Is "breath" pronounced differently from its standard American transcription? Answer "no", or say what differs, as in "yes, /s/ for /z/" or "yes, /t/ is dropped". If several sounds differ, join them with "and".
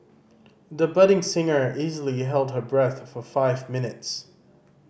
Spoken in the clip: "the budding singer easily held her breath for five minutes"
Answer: no